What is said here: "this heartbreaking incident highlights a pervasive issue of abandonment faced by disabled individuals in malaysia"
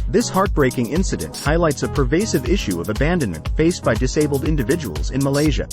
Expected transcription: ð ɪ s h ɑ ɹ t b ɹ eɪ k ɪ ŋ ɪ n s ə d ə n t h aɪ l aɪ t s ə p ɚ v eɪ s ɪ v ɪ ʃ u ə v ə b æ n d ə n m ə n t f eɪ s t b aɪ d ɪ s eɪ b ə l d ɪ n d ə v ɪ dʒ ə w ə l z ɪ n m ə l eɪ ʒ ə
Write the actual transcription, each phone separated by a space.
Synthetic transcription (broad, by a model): ð ɪ s h ɑ ɹ t b ɹ eɪ k ɪ ŋ ɪ n s ə d ə n t h aɪ l aɪ t s ə p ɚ v eɪ s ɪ v ɪ ʃ u ə v ə b æ n d ə n m ə n t f eɪ s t b aɪ d ɪ s eɪ b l d ɪ n d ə v ɪ dʒ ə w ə l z ɪ n m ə l eɪ ʒ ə